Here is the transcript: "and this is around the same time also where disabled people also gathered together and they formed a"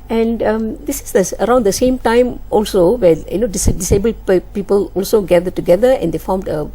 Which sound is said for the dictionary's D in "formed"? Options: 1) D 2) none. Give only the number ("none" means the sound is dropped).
1